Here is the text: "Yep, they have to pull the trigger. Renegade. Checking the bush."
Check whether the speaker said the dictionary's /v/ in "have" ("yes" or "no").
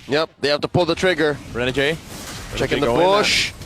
no